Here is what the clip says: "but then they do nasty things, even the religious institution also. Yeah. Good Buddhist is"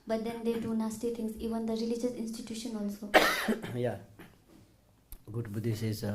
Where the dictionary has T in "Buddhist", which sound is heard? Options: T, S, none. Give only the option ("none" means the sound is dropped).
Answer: none